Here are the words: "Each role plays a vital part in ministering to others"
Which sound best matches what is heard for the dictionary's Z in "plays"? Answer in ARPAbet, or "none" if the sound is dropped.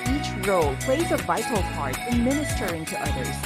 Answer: Z